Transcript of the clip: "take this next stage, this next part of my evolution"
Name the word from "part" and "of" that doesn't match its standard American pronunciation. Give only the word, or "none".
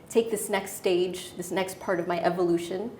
none